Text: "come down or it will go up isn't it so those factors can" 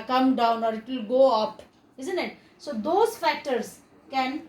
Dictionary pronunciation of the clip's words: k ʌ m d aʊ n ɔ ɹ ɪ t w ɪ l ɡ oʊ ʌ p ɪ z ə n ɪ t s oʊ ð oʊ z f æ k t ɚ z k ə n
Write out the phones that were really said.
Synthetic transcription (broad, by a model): k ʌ m d aʊ n ɔ ɹ ɪ t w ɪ l ɡ oʊ ʌ p ɪ z ə n ɪ t s oʊ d oʊ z f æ k t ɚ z k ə n